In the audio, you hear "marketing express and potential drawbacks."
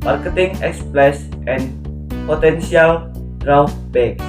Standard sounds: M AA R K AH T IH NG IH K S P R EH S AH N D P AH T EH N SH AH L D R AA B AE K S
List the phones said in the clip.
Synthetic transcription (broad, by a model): M AA R K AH T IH NG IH K S P L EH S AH N P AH T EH N S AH L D R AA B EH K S